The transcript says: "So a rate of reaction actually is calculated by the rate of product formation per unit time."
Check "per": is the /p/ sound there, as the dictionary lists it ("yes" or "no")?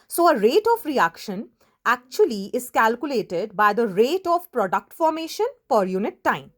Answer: no